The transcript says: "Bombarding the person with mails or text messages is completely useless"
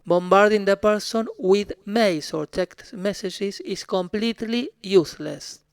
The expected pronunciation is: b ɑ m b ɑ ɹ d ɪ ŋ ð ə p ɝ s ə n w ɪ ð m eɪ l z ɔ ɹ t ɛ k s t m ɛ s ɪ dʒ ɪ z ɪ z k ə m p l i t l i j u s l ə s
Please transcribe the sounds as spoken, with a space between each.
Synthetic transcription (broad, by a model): b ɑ m b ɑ ɹ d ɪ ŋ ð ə p ɝ s ə n w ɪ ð m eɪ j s ɔ ɹ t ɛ k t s m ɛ s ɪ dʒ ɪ s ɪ s k ə m p l i t l i j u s l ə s